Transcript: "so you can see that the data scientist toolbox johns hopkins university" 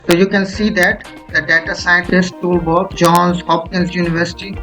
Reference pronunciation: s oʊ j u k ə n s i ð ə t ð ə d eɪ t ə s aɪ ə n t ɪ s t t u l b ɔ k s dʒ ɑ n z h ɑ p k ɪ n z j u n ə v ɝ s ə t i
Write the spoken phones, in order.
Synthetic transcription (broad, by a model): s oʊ j u k ə n s i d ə t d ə d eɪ t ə s aɪ ə n t ɪ s t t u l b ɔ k dʒ ɑ n z h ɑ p k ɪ n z j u n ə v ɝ s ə t i